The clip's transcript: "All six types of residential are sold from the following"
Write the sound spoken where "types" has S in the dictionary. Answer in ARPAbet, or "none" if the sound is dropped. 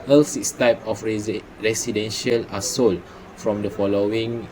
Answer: none